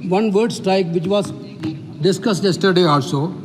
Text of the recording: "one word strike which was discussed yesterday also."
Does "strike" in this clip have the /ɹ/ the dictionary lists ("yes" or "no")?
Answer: yes